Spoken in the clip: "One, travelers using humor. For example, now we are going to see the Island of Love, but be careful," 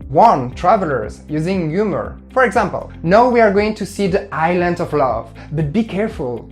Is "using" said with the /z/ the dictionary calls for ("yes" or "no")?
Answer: yes